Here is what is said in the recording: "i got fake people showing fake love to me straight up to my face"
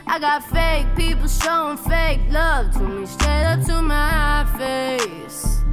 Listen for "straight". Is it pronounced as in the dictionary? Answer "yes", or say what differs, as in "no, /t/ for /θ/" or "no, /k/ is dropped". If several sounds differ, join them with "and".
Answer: no, /ɹ/ is dropped